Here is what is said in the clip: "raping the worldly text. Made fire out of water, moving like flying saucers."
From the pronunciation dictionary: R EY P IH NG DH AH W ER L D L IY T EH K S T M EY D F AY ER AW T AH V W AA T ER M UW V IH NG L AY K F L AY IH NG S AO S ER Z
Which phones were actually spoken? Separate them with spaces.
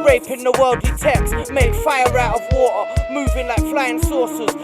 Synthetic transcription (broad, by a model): R EY P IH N DH AH W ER L D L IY T EH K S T M EY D F AY ER AW T AH V W AA T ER M UW V IH NG L AY K F L AY IH NG S AO S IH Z